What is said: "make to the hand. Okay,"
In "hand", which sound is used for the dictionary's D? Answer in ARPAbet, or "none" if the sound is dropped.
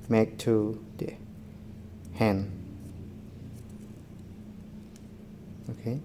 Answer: none